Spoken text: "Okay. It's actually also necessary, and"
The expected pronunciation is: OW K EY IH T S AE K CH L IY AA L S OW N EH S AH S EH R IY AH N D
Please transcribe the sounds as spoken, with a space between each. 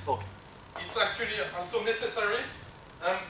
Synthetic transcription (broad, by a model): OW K IH T S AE K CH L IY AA S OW N EH S AH S EH R IY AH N